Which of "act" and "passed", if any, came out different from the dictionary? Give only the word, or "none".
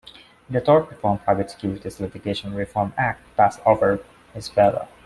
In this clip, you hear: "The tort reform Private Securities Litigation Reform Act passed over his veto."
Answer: passed